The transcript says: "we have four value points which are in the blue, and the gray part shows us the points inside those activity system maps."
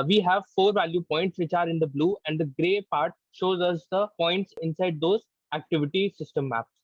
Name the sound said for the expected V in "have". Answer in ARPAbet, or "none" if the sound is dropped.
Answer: V